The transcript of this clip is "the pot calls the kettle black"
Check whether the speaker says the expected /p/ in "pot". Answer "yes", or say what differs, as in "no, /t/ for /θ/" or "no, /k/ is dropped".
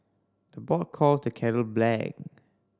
no, /b/ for /p/